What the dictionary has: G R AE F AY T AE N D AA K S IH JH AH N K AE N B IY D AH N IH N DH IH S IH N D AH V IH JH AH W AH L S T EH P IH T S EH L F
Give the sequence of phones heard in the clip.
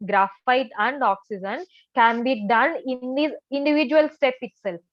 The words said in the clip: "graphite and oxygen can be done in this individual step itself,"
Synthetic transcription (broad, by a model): G R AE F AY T AE N D AA K S IH JH AH N K AE N B IY D AH N IH N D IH IH N D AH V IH JH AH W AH L S T EH P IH T S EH L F